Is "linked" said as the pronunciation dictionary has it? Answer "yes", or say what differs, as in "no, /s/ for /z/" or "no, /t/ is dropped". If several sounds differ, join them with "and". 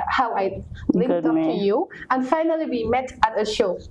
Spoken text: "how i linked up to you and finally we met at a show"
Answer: no, /ŋ/ is dropped